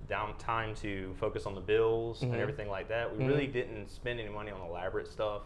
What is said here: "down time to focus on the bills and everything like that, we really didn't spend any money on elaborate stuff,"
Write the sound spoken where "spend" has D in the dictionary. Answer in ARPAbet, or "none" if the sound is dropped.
D